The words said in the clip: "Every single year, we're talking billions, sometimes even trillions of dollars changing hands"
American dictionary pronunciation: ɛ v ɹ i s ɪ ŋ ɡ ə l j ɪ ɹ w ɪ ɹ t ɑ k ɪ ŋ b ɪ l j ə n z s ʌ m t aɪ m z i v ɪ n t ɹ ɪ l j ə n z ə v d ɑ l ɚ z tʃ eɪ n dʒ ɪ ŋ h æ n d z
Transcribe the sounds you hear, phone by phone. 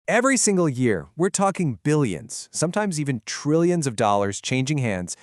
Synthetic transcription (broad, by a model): ɛ v ɹ i s ɪ ŋ ɡ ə l j ɪ ɹ w ɪ ɹ t ɑ k ɪ ŋ b ɪ l j ə n z s ʌ m t aɪ m z i v ɪ n t ɹ ɪ l j ə n z ə v d ɑ l ɚ z tʃ eɪ n dʒ ɪ ŋ h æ n d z